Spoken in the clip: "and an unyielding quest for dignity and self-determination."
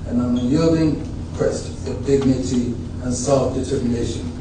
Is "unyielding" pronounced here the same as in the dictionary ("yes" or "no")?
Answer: no